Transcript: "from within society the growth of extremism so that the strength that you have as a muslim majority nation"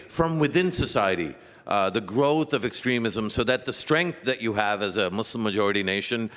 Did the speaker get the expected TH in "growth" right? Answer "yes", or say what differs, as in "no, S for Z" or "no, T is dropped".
yes